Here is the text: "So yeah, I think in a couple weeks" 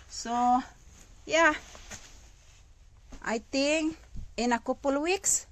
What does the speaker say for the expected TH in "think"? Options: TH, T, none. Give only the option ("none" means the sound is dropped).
T